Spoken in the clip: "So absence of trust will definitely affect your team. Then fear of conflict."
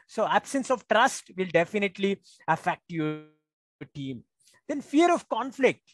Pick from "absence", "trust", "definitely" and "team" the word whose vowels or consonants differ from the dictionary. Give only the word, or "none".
none